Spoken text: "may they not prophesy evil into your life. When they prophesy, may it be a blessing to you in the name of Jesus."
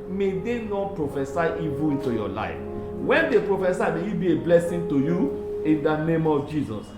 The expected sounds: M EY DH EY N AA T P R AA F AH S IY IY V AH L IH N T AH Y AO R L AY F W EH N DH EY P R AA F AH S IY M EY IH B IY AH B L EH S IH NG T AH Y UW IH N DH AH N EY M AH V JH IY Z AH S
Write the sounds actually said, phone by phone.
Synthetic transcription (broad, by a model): M EY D EY N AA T P R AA F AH S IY IY V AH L IH N T AH Y AO L AY F W EH N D EY P R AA F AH S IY M EY IH B IY AH B L EH S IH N T AH Y UW IH N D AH N EY M AH V JH IY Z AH S